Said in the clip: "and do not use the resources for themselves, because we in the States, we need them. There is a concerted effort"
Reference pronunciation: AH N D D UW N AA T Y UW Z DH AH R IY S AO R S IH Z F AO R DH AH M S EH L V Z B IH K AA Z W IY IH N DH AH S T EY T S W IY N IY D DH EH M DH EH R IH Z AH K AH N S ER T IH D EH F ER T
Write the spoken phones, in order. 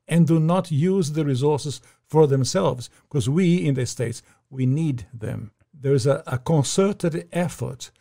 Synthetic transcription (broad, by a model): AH N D D UW N AA T Y UW Z DH AH R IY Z AO R S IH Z F AO R DH AH M S EH L V Z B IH K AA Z W IY IH N DH AH S T EY T S W IY N IY D DH EH M DH EH R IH Z AH K AH N S ER T IH D EH F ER T